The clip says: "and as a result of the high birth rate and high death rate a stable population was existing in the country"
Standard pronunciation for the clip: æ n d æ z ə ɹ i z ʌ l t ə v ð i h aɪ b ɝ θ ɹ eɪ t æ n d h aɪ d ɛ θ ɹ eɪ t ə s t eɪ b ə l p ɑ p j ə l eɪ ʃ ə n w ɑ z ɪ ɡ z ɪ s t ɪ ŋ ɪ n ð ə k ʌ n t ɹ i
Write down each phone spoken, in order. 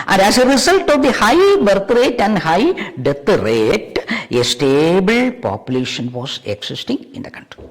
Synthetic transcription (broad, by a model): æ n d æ s ə ɹ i s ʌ l t ə v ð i h aɪ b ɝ t ɹ eɪ t æ n d h aɪ d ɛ t ɹ eɪ t ə s t eɪ b ə l p ɑ p j ə l eɪ ʃ ə n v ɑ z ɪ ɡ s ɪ s t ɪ ŋ ɪ n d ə k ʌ n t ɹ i